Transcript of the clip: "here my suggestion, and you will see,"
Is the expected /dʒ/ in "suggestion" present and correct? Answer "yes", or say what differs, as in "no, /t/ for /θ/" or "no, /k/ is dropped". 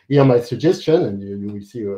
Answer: yes